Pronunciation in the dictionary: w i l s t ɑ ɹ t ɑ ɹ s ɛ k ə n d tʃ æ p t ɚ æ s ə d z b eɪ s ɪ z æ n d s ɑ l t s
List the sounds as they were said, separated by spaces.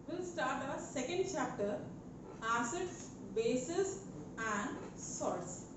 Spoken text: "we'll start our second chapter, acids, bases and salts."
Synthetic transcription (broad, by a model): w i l s t ɑ ɹ t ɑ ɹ s ɛ k ə n d tʃ æ p t ɚ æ s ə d b eɪ s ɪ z æ n d s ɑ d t s